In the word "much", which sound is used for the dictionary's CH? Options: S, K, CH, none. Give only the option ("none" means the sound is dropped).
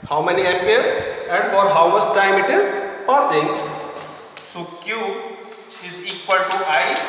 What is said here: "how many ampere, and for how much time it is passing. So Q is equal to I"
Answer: S